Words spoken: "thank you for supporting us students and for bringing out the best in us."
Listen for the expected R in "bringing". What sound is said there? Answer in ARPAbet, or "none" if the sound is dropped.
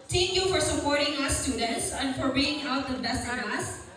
none